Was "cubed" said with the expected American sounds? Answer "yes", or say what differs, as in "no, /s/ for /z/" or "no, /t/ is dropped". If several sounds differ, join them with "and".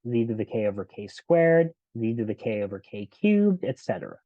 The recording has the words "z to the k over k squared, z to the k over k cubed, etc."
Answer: yes